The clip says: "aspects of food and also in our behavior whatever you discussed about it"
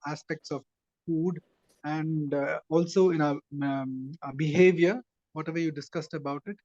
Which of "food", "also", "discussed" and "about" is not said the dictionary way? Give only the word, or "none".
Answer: none